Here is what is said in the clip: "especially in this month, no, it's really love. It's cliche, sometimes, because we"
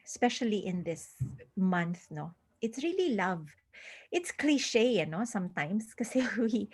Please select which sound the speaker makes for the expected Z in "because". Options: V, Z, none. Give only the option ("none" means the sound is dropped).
none